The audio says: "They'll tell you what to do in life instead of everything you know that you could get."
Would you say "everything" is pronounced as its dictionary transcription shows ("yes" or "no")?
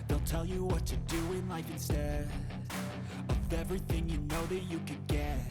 yes